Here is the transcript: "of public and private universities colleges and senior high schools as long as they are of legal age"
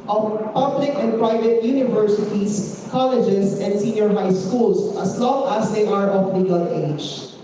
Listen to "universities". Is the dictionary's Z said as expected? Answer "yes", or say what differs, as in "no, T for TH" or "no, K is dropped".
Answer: no, S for Z